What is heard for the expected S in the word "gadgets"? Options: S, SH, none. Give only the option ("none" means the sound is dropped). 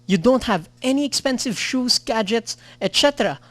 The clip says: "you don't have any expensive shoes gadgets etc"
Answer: S